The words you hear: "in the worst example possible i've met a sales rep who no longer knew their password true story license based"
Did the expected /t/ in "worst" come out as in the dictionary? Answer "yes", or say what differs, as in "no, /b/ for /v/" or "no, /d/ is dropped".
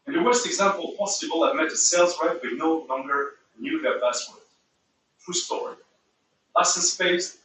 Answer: yes